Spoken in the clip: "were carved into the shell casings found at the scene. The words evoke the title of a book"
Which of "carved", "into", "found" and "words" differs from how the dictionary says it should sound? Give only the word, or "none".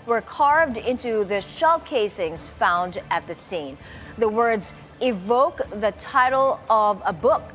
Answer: none